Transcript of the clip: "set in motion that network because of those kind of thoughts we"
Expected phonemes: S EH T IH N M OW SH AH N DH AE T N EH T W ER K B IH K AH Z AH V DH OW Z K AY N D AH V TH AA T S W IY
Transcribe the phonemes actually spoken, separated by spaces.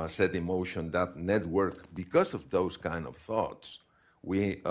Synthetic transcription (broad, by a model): S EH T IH M OW SH AH N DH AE T N EH T W ER K B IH K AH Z AH V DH OW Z K AY N D AH V TH AA T S W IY